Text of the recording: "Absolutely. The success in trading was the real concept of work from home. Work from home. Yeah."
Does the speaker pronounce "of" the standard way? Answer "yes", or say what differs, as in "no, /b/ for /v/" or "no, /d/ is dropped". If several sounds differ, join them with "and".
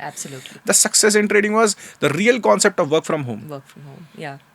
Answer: yes